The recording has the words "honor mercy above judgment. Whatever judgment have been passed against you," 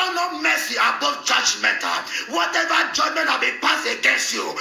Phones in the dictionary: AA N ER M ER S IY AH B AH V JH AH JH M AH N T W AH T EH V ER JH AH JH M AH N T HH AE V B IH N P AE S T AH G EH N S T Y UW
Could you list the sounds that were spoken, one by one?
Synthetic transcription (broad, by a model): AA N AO M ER S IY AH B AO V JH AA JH M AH T W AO T EH V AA JH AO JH M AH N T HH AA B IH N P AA S AH G EH N S T Y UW